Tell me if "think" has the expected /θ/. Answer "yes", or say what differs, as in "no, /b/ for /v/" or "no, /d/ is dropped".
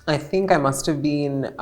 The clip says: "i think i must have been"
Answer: yes